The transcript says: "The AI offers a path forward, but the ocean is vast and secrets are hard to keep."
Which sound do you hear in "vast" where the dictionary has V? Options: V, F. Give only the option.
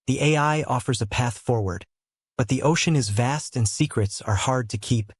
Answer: V